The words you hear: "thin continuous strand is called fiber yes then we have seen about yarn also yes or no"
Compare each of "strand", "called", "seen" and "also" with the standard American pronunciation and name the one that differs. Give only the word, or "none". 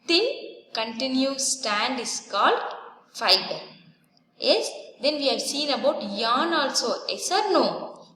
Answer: strand